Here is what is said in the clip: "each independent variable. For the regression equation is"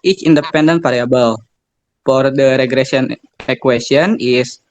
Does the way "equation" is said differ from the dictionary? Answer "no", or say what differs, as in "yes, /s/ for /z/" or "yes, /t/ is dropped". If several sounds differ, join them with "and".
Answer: yes, /s/ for /ʒ/